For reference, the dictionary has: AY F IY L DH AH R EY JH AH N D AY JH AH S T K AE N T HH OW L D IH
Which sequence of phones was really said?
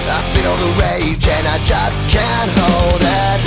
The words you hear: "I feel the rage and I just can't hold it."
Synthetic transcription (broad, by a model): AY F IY N DH AH R EY JH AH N AY JH AH S K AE N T HH OW L D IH